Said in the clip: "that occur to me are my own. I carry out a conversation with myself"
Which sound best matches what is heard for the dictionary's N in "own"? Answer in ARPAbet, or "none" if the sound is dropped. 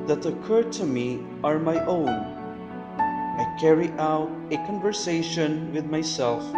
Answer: N